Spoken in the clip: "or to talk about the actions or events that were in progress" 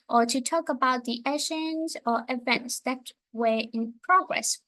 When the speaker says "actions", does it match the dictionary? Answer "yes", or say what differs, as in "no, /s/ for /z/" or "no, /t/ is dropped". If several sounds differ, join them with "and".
no, /k/ is dropped